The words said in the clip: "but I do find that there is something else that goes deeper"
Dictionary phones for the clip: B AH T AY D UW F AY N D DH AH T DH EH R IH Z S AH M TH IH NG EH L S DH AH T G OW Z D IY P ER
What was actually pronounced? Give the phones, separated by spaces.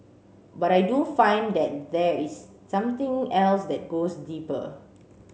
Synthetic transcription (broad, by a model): B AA T AY D UW F AY N D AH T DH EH R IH S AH M T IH NG EH L S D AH T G OW S D IY P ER